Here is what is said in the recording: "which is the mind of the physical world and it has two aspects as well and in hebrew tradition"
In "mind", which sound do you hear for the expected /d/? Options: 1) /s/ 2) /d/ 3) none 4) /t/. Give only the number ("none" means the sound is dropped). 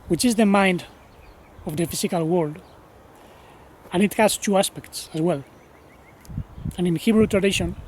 2